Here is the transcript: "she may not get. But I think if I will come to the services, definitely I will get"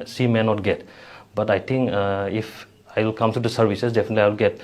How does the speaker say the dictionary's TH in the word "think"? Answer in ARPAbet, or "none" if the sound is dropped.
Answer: T